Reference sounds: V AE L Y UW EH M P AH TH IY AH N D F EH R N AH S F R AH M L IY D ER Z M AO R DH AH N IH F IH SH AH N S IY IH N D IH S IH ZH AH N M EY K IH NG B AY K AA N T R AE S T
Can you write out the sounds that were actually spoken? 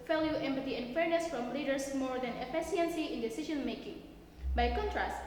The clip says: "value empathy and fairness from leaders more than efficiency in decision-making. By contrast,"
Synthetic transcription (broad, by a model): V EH L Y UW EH M P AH T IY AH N F EH R N AH S F R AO M L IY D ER S M AO R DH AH N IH P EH S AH N S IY IH N D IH S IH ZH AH N M EY K IH NG B AY K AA N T R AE S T